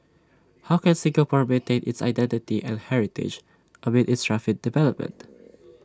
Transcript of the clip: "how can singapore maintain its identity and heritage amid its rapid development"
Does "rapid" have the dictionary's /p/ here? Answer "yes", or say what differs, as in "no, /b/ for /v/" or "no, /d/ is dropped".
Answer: no, /f/ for /p/